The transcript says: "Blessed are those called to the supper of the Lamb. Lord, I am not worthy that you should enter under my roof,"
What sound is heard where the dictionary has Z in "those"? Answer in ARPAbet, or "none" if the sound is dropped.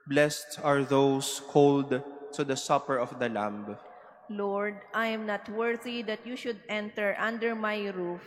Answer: S